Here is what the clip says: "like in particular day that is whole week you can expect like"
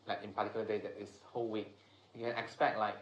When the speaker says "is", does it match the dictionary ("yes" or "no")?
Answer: no